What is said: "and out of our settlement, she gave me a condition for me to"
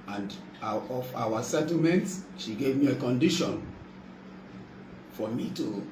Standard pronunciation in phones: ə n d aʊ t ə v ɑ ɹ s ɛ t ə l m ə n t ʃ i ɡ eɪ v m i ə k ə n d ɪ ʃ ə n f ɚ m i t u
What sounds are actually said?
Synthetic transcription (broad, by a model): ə n d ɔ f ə w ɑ s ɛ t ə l m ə n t ʃ i ɡ eɪ v m i ə k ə n d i ʃ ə n f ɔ m i t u